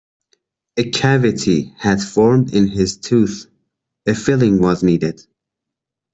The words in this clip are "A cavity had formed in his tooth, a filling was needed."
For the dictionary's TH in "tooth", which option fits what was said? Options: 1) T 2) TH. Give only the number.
2